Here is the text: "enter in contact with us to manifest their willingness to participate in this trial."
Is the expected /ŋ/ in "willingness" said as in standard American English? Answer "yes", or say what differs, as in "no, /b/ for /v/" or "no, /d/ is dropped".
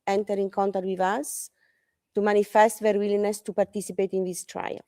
no, /ŋ/ is dropped